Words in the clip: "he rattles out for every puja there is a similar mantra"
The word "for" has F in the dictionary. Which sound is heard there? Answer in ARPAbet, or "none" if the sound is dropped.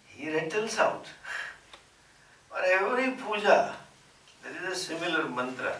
P